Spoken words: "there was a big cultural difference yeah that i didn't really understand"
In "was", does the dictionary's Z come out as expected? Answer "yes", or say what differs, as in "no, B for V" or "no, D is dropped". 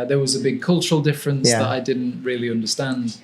yes